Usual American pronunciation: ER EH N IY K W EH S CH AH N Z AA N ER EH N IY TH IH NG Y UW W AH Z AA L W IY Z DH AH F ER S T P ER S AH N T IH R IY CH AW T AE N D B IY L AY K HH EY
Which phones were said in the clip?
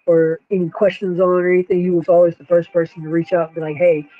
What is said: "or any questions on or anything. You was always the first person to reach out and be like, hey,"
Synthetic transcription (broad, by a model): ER EH N IY K W EH S CH AH N Z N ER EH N IY TH IH NG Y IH W AH Z AA L W IY Z DH AH F ER S P ER S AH N T IH R IY CH AW T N B IY L AY K HH EY